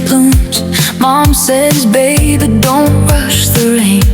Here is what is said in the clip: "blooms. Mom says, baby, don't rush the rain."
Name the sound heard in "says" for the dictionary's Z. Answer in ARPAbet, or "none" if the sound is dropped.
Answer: Z